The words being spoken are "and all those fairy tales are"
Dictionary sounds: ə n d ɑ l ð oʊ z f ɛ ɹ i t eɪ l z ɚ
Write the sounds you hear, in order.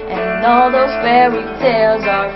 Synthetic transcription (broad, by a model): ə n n ɑ l ð oʊ z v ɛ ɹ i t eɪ l z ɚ